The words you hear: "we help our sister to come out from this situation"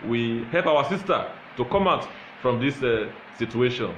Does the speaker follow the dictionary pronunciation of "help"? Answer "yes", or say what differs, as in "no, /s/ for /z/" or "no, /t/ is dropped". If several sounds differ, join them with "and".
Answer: yes